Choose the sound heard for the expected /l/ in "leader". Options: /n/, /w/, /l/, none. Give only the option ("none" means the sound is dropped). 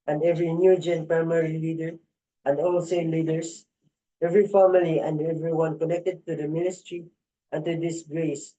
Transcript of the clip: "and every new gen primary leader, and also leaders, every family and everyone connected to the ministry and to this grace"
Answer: /l/